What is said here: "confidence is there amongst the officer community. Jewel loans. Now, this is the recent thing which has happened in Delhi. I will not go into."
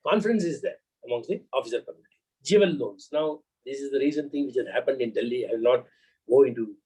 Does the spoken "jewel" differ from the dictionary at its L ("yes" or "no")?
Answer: yes